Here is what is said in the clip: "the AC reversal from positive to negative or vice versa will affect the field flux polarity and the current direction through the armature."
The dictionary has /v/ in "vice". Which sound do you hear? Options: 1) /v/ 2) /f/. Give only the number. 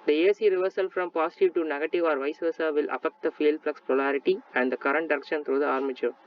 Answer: 1